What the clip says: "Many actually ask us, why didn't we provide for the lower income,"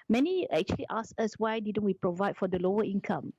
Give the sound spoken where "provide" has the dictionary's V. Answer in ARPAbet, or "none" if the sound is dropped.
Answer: V